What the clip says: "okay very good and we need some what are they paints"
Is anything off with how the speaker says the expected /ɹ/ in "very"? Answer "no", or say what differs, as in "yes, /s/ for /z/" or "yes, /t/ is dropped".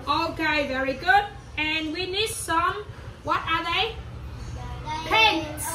no